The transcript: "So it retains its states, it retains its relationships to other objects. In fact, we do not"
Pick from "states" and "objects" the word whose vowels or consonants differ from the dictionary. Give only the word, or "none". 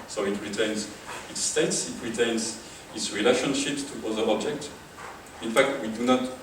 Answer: objects